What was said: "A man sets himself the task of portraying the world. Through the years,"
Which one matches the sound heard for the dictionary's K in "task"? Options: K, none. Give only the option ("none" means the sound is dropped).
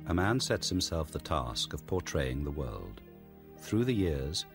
K